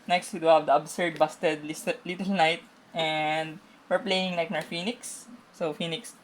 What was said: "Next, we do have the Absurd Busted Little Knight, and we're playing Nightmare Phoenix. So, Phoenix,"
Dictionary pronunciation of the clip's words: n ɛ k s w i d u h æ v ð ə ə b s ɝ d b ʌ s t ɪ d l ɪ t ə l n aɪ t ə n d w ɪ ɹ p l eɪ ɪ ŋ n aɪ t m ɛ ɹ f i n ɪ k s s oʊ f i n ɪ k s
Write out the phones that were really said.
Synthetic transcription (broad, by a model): n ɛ k s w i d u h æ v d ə ə b s ɝ d b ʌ s t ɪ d l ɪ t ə l n aɪ t ə n d w ɪ ɹ p l eɪ ɪ ŋ l aɪ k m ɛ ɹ f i n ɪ k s s oʊ f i n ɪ k s